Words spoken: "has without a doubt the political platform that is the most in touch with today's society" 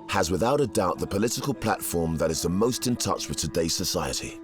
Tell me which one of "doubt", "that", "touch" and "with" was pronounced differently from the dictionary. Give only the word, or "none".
none